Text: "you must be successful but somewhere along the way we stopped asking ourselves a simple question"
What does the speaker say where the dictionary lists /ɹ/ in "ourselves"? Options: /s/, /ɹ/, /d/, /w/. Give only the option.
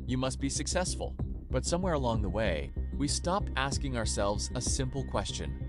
/ɹ/